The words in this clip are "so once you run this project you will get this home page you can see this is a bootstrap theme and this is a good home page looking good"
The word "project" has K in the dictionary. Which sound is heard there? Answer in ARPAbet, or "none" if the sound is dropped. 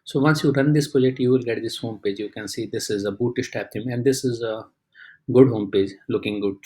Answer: none